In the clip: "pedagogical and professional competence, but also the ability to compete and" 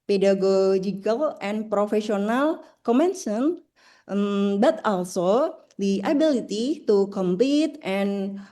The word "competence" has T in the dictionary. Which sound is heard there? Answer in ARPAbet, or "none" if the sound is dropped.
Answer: S